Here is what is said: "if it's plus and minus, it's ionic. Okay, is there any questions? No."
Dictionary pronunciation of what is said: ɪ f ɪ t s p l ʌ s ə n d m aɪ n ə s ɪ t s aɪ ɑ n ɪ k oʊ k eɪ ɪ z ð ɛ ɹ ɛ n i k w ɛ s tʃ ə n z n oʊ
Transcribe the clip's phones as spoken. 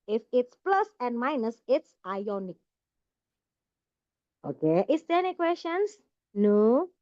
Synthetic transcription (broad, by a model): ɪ f ɪ t s p l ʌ s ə n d m aɪ n ə s ɪ t s aɪ ɑ n ɪ k oʊ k eɪ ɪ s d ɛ ɛ n i k w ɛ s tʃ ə n s n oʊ